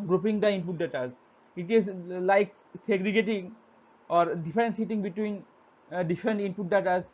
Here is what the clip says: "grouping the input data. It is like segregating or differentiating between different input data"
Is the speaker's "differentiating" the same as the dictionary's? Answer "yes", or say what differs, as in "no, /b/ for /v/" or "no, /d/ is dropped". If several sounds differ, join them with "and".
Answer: no, /s/ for /ʃ/